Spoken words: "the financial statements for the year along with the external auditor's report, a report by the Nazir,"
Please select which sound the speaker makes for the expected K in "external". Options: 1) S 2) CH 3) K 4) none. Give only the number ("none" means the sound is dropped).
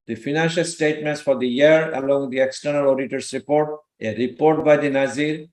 3